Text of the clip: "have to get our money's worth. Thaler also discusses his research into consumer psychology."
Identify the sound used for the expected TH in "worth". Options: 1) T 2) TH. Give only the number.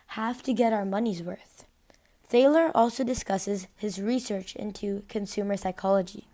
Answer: 2